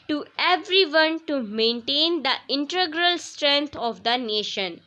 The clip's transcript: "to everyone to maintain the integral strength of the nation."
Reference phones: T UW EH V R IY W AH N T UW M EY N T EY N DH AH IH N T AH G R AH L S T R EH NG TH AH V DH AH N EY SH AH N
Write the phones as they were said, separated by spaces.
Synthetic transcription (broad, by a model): T UW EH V R IY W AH N T UW M EY N T EY N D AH IH N T AH G R AH L S T R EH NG T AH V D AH N EY SH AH N